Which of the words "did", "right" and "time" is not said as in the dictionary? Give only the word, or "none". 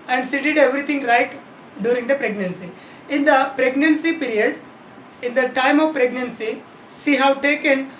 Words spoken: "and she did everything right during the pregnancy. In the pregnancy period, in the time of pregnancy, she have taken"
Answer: none